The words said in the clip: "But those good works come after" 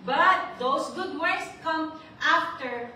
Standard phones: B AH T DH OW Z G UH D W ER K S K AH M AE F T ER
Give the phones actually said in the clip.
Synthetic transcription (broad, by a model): B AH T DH OW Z G UH D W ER S K AH M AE F T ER